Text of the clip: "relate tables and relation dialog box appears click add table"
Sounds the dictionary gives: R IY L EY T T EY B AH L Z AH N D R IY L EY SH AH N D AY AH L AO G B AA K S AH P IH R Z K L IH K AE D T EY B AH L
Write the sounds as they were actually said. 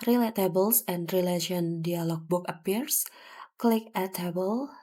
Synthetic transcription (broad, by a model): R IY L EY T T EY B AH L S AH N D R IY L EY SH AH N D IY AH L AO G B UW K AH P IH R S K L IH K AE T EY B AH L